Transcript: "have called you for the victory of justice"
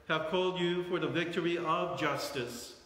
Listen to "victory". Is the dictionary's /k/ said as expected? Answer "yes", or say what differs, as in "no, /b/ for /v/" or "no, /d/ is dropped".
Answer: yes